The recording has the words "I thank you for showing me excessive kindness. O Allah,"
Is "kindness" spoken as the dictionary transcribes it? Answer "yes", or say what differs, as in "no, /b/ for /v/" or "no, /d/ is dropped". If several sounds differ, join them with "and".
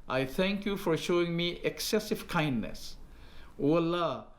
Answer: yes